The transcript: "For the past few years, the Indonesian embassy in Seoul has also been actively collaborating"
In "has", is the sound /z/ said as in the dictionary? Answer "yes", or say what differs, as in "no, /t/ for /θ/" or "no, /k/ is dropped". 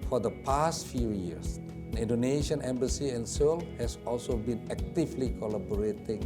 no, /s/ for /z/